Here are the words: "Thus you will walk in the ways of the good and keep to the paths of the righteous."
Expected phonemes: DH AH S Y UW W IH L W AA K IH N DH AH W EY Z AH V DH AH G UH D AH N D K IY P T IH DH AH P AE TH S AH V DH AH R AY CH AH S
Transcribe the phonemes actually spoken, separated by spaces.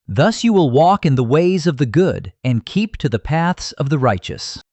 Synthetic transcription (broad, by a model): DH AH S Y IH W IH L W AA K IH N DH AH W EY Z AH V DH AH G UH D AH N K IY P T IH DH AH P AE TH S AH V DH AH R AY CH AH S